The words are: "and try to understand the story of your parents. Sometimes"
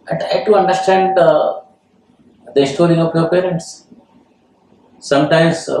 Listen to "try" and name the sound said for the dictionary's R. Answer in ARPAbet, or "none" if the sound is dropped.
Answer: none